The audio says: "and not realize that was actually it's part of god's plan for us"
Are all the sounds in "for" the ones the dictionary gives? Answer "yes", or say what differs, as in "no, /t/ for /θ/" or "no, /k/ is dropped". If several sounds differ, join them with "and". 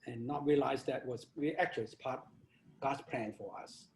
yes